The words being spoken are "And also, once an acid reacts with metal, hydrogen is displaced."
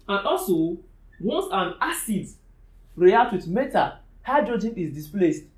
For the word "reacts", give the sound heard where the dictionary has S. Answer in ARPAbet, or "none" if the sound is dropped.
none